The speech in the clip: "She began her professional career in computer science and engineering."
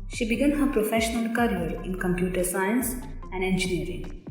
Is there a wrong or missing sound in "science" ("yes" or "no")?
no